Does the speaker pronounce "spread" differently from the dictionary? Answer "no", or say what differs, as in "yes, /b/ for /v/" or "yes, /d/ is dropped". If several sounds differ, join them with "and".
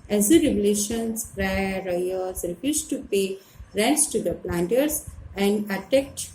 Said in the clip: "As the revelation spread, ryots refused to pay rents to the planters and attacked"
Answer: yes, /p/ is dropped